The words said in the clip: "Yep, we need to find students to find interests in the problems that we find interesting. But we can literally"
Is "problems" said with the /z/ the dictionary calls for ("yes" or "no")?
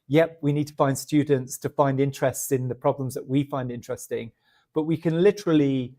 yes